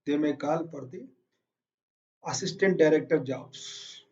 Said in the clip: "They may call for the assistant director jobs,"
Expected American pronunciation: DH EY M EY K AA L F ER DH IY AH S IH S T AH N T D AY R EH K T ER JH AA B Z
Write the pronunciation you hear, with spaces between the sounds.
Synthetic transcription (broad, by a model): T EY M EY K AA L P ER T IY AH S IH S T AH N T D AY R EH K T ER JH AA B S